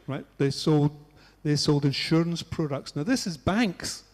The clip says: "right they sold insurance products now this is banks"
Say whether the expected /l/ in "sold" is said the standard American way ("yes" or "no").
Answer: yes